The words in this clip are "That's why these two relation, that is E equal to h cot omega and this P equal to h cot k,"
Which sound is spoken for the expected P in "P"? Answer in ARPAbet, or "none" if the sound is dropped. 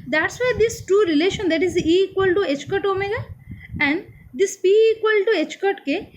B